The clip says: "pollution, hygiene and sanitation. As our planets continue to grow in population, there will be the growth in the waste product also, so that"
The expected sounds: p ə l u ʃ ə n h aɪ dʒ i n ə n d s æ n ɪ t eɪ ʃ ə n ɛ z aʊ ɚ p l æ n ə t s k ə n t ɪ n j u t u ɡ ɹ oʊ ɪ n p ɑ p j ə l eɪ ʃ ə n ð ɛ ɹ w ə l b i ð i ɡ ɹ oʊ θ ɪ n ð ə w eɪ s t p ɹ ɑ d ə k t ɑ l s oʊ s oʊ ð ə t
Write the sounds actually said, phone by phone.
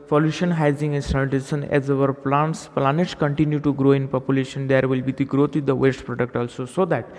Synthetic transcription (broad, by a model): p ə l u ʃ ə n h aɪ z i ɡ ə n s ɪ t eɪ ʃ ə n ɛ z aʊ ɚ p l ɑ n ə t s k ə n t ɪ n j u t u ɡ ɹ oʊ ɪ n p ɑ p j ə l eɪ ʃ ə n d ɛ ɹ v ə l b i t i ɡ ɹ oʊ t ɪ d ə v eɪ s t p ɹ ɑ d ə k t ɑ l s oʊ s oʊ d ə t